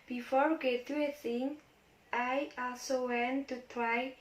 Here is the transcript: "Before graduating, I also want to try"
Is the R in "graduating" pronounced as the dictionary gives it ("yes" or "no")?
no